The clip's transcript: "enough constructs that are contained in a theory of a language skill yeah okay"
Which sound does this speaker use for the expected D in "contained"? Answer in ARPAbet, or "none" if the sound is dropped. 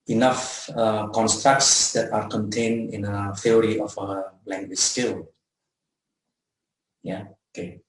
none